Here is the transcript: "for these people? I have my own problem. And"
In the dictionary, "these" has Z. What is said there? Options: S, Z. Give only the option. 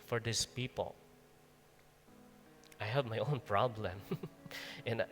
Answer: S